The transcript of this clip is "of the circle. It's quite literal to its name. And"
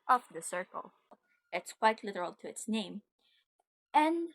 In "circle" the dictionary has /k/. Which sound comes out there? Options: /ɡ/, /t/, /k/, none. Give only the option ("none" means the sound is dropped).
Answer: /k/